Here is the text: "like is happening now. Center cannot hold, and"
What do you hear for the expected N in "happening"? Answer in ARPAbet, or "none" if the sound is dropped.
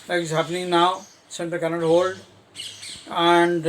N